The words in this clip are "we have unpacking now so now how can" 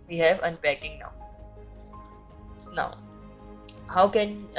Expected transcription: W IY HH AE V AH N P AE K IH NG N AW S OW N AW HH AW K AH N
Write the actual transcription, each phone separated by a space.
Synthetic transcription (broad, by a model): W IY HH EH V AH N B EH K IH NG N AW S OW N AW HH AW K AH N